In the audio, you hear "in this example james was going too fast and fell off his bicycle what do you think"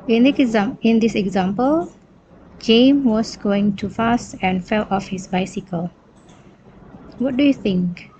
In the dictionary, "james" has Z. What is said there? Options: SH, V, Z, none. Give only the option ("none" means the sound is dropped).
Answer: none